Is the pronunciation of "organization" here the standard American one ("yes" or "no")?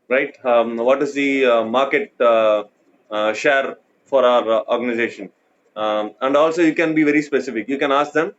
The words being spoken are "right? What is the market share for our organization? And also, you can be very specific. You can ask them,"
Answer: yes